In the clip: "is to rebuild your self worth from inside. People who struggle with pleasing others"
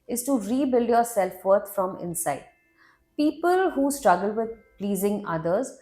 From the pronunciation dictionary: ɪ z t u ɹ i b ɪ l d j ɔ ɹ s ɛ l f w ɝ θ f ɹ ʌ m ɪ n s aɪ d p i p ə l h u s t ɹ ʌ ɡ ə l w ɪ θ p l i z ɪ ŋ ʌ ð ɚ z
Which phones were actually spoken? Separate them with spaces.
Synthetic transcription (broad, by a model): ɪ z t u ɹ i b ɪ l d j ɔ ɹ s ɛ l f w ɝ t f ɹ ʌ m ɪ n s aɪ d p i p ə l h u s t ɹ ʌ ɡ ə l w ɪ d p l i z ɪ ŋ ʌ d ɚ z